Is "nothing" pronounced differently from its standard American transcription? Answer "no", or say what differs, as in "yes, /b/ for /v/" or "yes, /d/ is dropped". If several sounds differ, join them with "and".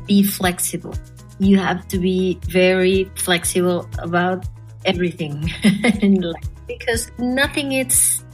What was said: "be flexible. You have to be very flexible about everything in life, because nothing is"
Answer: no